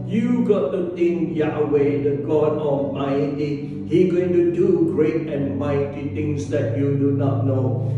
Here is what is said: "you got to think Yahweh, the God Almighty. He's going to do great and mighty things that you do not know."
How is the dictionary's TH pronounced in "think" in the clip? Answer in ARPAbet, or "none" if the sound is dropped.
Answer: T